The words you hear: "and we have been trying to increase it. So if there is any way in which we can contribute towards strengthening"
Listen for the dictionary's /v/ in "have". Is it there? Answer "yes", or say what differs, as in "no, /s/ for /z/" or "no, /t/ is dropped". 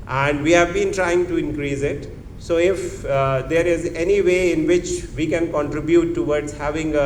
yes